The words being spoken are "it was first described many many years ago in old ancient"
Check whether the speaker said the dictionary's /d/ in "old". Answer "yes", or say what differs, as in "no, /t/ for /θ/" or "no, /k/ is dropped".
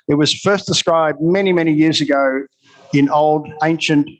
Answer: yes